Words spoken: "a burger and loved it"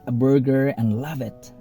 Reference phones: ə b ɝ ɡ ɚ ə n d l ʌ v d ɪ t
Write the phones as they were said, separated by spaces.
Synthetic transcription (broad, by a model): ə b ɝ ɡ ɚ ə n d l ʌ v ɪ t